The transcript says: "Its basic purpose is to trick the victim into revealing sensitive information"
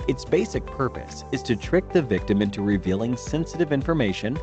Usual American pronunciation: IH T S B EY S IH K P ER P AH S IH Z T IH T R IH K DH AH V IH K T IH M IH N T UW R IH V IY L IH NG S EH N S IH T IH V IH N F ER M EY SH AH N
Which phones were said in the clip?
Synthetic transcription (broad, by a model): IH T S B EY S IH K P ER P AH S IH Z T IH T R IH K DH AH V IH K T IH M IH N T UW R IH V IY L IH NG S EH N S IH T IH V IH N F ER M EY SH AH N